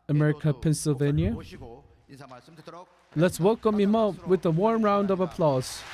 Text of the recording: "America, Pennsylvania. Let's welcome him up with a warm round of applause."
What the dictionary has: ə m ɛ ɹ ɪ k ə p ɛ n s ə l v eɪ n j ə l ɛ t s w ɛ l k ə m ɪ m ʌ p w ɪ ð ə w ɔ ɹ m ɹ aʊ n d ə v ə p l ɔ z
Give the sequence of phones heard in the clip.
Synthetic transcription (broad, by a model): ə m ɛ ɹ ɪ k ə p ɛ n s ə l v eɪ n j ə l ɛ t s w ɛ l k ə m ɪ m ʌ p w ɪ ð ə w ɔ ɹ m ɹ aʊ n d ə v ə p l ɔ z